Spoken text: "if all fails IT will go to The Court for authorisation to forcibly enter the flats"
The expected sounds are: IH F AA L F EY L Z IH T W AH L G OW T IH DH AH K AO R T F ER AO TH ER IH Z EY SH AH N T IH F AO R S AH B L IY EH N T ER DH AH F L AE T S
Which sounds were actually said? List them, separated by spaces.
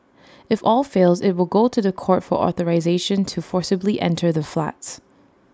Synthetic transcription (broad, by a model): IH F AA L F EY L Z IH T W AH L G OW T IH DH AH K AO R T F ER AO TH ER IH Z EY SH AH N T IH F AO R S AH B L IY EH N T ER DH AH F L AE T S